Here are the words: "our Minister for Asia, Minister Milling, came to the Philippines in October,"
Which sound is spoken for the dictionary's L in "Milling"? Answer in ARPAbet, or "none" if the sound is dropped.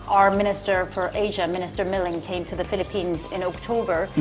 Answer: L